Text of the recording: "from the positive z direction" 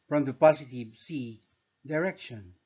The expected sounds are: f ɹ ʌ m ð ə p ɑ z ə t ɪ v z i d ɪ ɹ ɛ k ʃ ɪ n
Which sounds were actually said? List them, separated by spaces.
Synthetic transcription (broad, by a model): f ɹ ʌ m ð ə p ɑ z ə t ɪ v s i d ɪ ɹ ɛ k ʃ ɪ n